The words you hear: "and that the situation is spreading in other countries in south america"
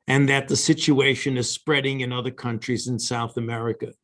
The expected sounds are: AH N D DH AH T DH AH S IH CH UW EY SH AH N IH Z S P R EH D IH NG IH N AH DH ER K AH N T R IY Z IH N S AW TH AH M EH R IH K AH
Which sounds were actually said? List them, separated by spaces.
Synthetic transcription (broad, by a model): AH N DH AH T DH AH S IH CH UW EY SH AH N IH Z S P R EH D IH NG IH N AH DH ER K AH N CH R IY Z IH N S AW TH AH M EH R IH K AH